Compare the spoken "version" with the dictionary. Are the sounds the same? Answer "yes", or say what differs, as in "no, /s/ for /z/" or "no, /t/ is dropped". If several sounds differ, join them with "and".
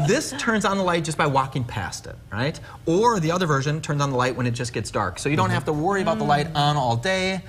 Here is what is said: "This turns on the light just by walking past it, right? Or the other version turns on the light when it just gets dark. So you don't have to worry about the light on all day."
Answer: yes